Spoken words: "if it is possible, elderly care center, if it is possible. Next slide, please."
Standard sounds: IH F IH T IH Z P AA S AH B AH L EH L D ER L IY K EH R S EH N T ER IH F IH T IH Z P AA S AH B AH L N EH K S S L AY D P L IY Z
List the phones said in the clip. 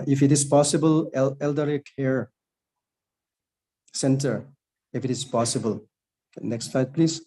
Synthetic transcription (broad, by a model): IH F IH T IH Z P AA S AH B AH L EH L D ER IY K EH R S EH N T ER IH F IH T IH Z P AA S AH B AH L N EH K S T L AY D P L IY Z